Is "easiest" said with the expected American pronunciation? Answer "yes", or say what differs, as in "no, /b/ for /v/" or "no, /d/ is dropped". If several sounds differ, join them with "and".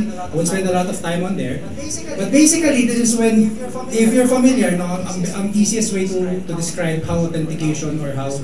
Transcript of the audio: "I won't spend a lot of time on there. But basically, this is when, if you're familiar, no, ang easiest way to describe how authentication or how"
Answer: no, /s/ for /z/